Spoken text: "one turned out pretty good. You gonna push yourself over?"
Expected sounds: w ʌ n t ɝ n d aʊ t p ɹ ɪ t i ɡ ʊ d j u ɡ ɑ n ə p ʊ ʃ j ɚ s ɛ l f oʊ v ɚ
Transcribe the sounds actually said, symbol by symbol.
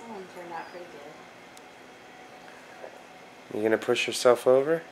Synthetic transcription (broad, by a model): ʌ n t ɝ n aʊ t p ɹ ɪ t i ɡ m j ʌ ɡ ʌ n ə p ʊ ʃ j ɚ s ɛ l f oʊ v ɚ